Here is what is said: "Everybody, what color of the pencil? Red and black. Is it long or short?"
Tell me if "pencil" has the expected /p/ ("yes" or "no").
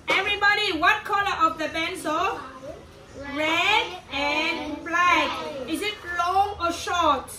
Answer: no